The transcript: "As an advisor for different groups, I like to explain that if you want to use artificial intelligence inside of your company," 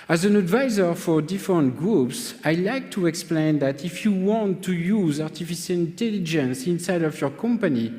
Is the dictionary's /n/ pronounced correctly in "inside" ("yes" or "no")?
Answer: yes